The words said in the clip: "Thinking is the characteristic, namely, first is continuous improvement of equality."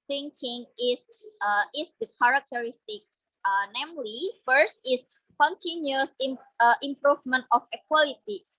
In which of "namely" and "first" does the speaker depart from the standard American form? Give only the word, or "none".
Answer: none